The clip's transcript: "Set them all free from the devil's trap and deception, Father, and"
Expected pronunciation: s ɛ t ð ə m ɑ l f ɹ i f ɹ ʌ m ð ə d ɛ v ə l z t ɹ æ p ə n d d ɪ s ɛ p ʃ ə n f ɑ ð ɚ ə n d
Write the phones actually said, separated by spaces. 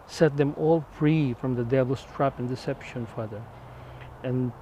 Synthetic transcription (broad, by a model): s ɛ t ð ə m ɑ l f ɹ i f ɹ ʌ m ð ə d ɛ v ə l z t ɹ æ p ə n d d ɪ s ɛ p ʃ ə n f ɑ ð ɚ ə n